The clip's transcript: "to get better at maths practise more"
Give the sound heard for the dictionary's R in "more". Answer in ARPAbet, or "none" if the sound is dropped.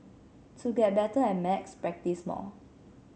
L